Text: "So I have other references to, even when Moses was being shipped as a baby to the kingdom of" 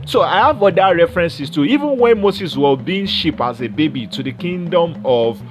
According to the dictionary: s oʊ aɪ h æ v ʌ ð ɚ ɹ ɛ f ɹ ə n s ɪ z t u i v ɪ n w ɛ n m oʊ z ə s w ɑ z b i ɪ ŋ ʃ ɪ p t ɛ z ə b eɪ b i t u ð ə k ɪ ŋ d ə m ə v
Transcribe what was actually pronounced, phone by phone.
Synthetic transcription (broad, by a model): s oʊ aɪ h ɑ v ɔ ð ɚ ɹ ɛ f ɹ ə n s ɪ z t u i v ɪ n w ɛ n m oʊ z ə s w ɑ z b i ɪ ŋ ʃ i p ɑ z ə b eɪ b i t u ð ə k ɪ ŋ d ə m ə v